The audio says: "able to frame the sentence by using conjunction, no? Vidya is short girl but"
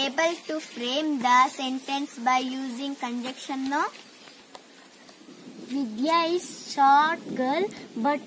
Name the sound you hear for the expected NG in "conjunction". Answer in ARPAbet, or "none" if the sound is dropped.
none